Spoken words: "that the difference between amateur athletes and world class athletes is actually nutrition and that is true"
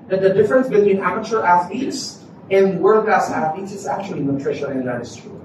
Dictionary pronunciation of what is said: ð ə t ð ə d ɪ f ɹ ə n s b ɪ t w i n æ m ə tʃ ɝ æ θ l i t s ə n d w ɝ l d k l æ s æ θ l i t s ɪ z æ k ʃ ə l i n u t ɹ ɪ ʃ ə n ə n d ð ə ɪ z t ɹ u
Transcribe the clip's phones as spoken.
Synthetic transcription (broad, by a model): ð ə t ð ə d ɪ f ɹ ə n s b ɪ t w i n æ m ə tʃ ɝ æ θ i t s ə n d w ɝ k æ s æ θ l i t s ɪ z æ k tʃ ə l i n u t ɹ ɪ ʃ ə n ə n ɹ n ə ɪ s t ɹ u